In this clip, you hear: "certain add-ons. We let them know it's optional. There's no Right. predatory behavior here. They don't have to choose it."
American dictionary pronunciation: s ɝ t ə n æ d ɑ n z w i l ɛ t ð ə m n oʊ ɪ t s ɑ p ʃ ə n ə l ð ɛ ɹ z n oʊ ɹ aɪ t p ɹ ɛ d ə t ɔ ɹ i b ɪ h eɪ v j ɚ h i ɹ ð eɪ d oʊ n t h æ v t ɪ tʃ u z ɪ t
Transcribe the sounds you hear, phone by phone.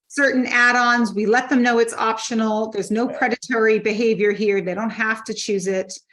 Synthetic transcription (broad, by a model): s ɝ t n æ d ɑ n z w i l ɛ t ð ə m n oʊ ɪ t s ɑ p ʃ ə n l ð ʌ ɹ z n oʊ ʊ p ɹ ɛ d ə t ɔ ɹ i b ɪ h eɪ v j ɚ h i ɹ ð eɪ d oʊ n t h æ f t ɪ tʃ u z ɪ t